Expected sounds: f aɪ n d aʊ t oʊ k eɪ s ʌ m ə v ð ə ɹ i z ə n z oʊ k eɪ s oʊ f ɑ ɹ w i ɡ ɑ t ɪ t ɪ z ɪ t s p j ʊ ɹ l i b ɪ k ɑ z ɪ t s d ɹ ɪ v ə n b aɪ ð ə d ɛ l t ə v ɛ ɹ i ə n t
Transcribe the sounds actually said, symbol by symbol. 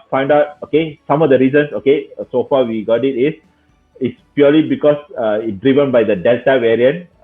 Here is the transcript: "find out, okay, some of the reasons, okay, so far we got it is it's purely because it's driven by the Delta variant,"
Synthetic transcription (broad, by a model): f aɪ n d aʊ t oʊ k eɪ s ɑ m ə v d ə ɹ i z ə n s oʊ k eɪ s oʊ f ɑ w i ɡ ɑ t ɪ t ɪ s ɪ t s p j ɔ l i b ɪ k ɑ s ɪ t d ɹ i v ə n b aɪ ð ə d ɛ l t ə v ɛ ɹ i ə n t